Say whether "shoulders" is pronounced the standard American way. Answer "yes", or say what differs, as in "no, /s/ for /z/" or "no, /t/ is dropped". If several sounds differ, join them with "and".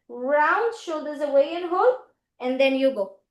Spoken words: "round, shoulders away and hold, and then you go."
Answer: no, /l/ is dropped